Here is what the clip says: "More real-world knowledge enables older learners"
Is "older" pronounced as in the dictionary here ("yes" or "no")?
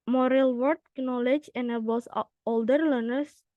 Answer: yes